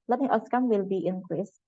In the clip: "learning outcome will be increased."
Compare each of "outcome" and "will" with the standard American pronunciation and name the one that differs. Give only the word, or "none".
outcome